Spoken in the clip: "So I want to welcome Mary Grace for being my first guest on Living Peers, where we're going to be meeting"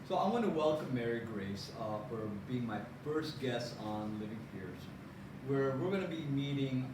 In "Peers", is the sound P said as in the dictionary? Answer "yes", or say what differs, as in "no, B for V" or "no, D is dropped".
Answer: no, F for P